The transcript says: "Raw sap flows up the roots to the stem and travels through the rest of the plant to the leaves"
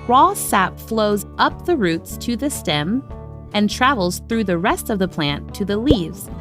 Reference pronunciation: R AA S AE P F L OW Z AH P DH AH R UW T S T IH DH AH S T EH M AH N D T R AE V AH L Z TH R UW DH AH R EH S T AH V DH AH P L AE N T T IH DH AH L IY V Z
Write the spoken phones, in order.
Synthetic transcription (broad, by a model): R AA S AE P F L OW Z AH P DH AH R UW T S T IH DH AH S T EH M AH N T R AE V L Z TH R UW DH AH R EH S T AH V DH AH P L AE N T T IH DH AH L IY V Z